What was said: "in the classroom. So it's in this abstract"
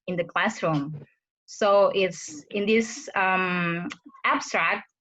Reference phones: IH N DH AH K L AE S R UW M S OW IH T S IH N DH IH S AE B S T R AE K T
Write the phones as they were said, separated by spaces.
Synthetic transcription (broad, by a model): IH N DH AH K L AE S R UW M S OW IH T S IH N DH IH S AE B S T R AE K T